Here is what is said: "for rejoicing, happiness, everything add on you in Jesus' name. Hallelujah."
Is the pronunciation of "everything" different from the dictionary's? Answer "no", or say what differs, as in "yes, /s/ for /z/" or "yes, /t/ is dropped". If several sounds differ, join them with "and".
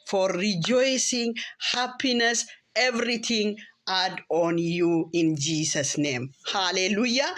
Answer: yes, /t/ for /θ/